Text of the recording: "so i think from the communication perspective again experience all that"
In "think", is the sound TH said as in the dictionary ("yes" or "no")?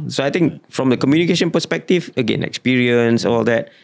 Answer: no